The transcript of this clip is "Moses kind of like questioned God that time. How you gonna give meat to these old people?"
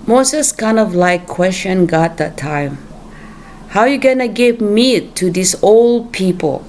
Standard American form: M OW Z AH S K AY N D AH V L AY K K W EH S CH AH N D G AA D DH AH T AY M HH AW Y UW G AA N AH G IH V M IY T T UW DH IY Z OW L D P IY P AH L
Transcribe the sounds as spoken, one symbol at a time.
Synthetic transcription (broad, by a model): M OW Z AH S K AY N D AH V L AY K K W EH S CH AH N G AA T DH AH T AY M HH AW Y UW G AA N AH G IH V M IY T T UW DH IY S OW L D P IY P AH L